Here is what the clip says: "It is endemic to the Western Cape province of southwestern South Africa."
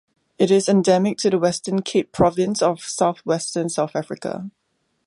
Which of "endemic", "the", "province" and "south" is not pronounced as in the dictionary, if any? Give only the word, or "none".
none